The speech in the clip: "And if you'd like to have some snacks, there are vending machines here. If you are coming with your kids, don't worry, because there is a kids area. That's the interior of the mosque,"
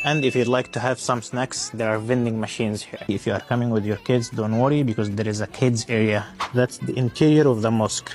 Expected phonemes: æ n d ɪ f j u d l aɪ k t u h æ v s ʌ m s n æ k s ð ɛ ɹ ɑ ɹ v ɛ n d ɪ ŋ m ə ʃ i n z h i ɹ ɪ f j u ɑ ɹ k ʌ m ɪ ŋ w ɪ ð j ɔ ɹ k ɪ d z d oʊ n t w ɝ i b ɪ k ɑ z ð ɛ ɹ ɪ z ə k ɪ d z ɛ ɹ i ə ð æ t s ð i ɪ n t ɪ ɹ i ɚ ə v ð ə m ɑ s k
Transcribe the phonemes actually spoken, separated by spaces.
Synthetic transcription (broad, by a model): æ n d ɪ f j u d l aɪ k t u h æ v s ʌ m s n æ k s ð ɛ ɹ ɑ ɹ v ɛ n d ɪ ŋ m ə ʃ i n z h i ɹ ɪ f j u ɑ ɹ k ʌ m ɪ ŋ w ɪ ð j ɔ ɹ k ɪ d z d oʊ n t w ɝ i b ɪ k ɑ z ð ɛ ɹ ɪ z ə k ɪ d z ɛ ɹ i ə ð æ t s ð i ɪ n t ɪ ɹ i ɚ ə v ð ə m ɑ s k